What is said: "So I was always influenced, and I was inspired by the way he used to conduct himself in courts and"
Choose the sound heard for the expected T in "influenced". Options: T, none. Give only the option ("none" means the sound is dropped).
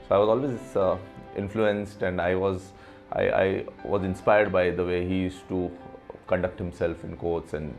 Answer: T